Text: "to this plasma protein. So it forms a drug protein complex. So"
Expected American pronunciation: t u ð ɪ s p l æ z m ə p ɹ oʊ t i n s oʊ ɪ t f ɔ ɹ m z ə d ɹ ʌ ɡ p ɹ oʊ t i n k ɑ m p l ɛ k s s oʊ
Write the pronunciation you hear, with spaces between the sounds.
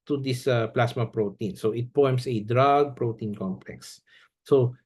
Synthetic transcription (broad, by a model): t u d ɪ s p l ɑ s m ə p ɹ oʊ t i n s oʊ ɪ t p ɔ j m s ə d ɹ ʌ ɡ p ɹ oʊ t i n k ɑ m p l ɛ k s s oʊ